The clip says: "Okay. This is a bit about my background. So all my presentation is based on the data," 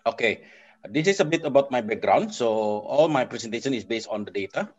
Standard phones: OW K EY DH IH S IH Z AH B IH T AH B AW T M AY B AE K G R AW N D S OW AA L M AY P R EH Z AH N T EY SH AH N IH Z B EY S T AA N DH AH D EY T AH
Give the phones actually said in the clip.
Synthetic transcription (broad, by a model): OW K EY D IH S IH S AH B IH T AH B AW T M AY B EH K G R AW N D S OW AA L M AY P R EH S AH N T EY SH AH N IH S B EY S T AA N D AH D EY T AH